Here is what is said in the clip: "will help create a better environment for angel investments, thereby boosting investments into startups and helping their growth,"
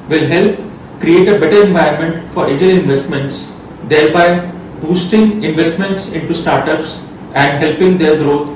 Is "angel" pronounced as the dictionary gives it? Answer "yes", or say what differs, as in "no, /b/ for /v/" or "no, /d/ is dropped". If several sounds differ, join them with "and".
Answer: no, /n/ is dropped